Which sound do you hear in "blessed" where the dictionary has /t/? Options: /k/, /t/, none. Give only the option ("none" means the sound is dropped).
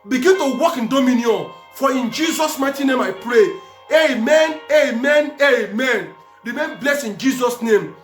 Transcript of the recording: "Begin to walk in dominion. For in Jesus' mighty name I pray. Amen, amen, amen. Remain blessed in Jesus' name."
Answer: none